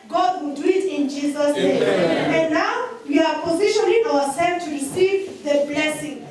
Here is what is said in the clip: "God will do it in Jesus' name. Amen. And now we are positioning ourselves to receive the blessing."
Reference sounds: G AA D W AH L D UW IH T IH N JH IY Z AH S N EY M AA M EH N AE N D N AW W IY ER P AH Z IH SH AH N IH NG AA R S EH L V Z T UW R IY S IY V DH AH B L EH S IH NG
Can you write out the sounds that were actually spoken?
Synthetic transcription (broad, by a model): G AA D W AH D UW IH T IH N JH IY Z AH S N EY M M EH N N N AW W IY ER P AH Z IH SH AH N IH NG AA W S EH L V T UW R IY S IY V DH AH B L EH S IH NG